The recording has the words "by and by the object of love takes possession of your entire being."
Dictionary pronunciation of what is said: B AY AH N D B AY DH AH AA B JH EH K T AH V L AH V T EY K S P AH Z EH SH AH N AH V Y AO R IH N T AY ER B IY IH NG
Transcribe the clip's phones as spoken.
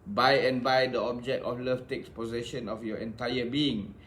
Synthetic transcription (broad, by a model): B AY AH N B AY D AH AA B JH EH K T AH F L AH F T EY K S P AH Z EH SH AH N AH F Y AO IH N T AY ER B IY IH NG